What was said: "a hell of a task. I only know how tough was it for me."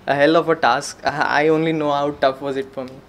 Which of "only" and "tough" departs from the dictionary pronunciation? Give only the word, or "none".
none